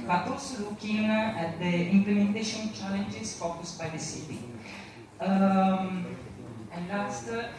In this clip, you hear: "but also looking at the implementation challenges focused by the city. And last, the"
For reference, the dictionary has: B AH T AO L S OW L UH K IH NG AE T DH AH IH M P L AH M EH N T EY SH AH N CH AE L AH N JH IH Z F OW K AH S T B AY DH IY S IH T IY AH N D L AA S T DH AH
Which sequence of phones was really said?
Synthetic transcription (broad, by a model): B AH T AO S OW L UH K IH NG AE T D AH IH M P L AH M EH N T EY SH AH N CH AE L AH N JH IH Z F OW K AH S T B AY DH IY S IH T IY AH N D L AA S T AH